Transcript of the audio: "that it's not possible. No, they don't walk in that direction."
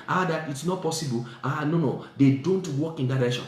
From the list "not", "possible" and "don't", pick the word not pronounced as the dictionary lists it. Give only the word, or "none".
possible